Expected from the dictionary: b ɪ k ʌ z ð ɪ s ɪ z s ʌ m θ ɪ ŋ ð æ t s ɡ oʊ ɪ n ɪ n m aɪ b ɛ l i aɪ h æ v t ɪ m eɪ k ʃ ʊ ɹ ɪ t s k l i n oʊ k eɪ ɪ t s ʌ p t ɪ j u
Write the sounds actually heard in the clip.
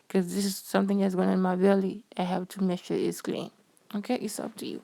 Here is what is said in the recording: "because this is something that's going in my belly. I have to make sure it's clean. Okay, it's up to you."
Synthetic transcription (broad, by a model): k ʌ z ð ɪ s ɪ z s ʌ m θ ɪ ŋ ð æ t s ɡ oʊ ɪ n ɪ n m aɪ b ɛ l i aɪ h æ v t ɪ m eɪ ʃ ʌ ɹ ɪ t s k l i n oʊ k eɪ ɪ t s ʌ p t ɪ j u